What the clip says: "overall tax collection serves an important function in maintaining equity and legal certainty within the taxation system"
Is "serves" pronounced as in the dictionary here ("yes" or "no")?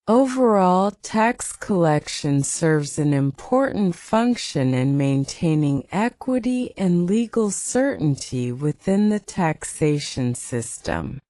yes